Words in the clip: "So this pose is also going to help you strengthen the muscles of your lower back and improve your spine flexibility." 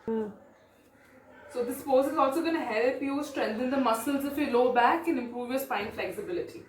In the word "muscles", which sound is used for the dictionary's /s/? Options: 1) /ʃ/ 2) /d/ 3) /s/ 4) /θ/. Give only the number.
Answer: 3